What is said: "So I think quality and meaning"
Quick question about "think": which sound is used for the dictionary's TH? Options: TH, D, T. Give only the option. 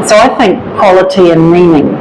TH